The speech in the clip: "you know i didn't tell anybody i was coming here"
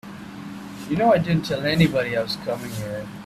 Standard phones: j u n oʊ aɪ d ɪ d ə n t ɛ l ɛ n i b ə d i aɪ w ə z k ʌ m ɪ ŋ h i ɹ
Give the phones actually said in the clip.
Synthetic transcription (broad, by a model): j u n oʊ aɪ d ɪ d n t ɛ l ɛ n i b ə d i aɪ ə s k ʌ m ɪ ŋ h i ɹ